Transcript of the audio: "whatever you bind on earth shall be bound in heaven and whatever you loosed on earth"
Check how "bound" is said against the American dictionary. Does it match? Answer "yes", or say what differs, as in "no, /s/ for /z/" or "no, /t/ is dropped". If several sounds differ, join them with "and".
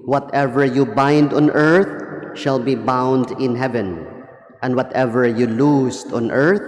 yes